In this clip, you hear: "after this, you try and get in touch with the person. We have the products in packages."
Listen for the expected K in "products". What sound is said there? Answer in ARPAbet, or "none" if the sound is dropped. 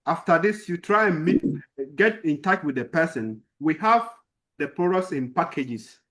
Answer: none